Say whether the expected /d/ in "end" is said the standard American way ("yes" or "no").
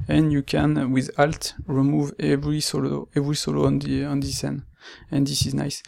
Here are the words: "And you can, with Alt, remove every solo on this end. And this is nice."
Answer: no